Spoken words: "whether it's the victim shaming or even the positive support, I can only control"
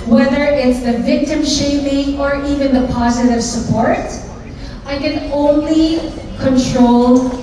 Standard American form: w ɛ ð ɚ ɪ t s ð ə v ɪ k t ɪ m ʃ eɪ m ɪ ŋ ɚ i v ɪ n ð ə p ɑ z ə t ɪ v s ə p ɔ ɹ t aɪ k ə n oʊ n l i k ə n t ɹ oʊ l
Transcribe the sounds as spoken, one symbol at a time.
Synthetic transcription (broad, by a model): w ɛ ð ɚ ɪ t s ð ə v ɪ k t ɪ m ʃ eɪ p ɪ ŋ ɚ i v ɪ n ð ə p ɑ z ə t ɪ v s ə p ɔ ɹ t aɪ k ə n oʊ n l i k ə n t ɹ oʊ l